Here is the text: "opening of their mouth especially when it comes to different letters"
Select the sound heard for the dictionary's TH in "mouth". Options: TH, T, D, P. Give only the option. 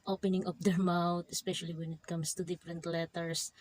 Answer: T